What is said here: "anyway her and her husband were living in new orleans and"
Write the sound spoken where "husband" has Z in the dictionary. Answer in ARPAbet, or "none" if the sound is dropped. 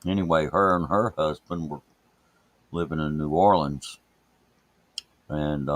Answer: Z